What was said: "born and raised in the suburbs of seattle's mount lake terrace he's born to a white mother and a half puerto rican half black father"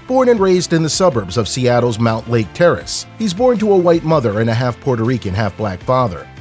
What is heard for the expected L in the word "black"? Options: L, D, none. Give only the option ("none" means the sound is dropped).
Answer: L